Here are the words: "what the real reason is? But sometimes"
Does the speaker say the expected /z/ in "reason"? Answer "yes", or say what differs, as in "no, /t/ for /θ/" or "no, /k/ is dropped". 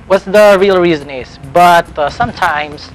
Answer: yes